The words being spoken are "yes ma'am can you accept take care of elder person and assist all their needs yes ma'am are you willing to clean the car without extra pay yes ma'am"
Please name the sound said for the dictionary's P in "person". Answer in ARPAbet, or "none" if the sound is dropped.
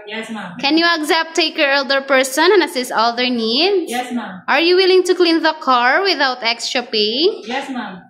P